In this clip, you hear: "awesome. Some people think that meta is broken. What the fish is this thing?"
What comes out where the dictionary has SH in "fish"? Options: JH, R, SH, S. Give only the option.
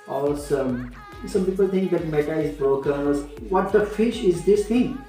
SH